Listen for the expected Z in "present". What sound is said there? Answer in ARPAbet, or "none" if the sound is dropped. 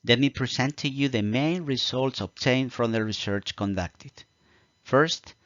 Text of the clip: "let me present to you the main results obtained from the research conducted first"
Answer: S